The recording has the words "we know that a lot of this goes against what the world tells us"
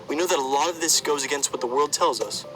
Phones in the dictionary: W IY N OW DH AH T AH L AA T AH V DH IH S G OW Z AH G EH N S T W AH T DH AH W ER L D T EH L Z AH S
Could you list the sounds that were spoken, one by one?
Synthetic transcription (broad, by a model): W IY N OW DH AH T AH L AA T AH V DH IH S G OW Z AH G EH N S T W AH T DH AH W ER L D T EH L Z AH S